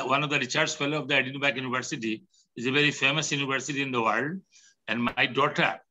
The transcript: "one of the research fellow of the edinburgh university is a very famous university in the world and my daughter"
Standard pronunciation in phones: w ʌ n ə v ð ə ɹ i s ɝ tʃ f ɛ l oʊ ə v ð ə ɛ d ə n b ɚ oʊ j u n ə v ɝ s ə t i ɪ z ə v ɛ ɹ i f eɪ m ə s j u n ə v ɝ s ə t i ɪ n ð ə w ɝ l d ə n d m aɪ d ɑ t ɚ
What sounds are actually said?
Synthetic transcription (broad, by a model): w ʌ n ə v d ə ɹ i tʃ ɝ s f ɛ l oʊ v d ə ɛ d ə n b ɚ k j u n ə v ɝ s ə t i ɪ z ə v ɛ ɹ i f eɪ m ə s j u n ə v ɝ s ə t i ɪ n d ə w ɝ l d ə n d m aɪ d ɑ t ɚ